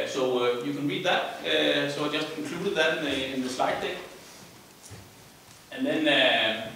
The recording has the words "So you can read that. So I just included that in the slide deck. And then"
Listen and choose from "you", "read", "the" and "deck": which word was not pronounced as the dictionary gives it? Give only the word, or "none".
deck